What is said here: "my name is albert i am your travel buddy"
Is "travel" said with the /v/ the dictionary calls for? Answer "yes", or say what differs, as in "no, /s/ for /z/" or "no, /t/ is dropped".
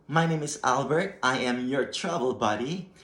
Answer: no, /b/ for /v/